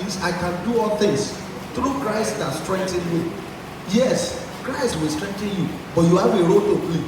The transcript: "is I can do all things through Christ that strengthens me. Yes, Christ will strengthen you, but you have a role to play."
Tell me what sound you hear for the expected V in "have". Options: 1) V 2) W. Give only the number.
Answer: 2